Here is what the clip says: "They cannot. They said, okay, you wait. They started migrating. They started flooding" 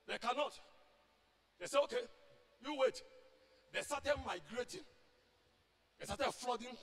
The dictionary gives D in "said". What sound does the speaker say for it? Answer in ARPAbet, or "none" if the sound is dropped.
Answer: none